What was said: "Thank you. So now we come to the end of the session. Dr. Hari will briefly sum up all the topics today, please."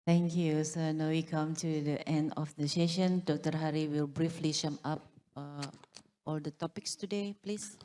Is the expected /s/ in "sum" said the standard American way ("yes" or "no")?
no